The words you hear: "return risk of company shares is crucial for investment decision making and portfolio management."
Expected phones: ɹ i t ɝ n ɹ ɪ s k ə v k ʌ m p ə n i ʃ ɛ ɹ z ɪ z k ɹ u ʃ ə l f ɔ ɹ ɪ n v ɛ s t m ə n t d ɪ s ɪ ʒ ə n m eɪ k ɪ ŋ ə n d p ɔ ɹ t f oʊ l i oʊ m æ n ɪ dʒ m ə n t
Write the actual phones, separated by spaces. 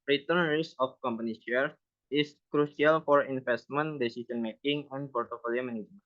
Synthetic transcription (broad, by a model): ɹ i t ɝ n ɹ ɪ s ə f k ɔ m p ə n i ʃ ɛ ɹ ɪ s k ɹ u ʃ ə l f ɔ ɹ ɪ n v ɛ s t m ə n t d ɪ s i s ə n m eɪ k ɪ ŋ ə n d p ɔ ɹ t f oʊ l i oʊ m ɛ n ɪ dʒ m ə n